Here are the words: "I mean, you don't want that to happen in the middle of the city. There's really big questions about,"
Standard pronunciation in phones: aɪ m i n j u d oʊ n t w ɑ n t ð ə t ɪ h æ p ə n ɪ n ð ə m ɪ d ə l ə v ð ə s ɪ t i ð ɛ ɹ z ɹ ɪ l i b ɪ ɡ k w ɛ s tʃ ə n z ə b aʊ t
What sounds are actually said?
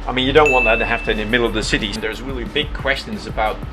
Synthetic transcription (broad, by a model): aɪ m i n j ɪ d oʊ n t w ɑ n ð ə t ɪ h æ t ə ɪ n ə m ɪ d l ə v ð ə s ɪ t i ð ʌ ɹ z ɹ ɪ l i b ɪ ɡ k w ɛ s tʃ ə n z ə b aʊ t